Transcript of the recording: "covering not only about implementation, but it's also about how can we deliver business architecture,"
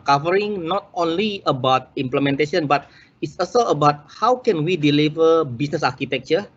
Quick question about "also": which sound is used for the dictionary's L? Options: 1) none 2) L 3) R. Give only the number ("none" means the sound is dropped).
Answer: 1